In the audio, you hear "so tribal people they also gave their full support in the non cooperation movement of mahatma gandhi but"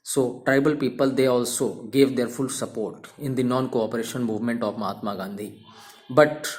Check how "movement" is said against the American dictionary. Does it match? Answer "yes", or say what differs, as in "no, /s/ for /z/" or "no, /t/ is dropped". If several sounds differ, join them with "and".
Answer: yes